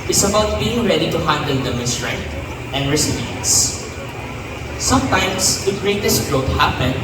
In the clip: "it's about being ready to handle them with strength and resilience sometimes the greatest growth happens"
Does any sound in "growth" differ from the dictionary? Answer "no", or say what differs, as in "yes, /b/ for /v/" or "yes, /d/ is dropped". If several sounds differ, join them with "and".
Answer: yes, /t/ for /θ/